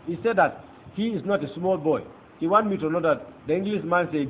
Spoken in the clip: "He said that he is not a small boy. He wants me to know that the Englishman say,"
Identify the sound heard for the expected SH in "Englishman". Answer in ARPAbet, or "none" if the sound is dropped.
S